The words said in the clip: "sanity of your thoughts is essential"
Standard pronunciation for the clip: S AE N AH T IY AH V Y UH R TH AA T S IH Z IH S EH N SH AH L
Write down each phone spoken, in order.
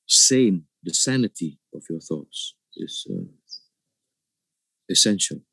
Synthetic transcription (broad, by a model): S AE N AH T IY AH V Y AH R TH AA T S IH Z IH S EH N SH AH L